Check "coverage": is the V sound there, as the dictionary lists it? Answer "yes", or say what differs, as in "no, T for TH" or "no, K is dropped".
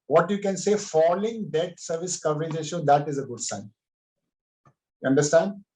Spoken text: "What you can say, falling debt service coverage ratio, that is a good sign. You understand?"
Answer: yes